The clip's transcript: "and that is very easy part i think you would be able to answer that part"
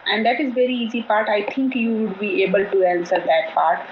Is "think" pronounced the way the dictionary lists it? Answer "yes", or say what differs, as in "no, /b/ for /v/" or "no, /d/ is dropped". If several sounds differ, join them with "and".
no, /t/ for /θ/